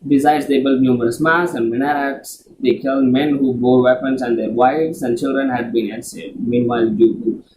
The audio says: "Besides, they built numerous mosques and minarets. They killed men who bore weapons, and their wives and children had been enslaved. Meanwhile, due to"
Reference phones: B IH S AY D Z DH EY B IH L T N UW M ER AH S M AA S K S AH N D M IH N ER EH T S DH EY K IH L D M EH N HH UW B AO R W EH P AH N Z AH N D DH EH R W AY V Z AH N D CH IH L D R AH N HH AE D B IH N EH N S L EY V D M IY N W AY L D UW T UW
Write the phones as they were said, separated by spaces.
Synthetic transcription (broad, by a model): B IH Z AY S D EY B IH L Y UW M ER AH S M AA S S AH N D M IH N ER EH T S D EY K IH L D M EH N HH UW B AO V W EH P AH N S AH N D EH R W AY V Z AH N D CH IH L D R AH N HH AE D B IH N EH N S EY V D M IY N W AY L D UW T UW